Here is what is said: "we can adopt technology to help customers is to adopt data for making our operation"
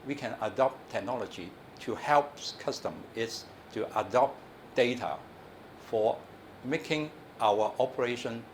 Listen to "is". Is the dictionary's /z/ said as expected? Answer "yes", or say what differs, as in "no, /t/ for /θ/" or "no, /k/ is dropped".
no, /s/ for /z/